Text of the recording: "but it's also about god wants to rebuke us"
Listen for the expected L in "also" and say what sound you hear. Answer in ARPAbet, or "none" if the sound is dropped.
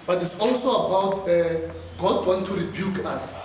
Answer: L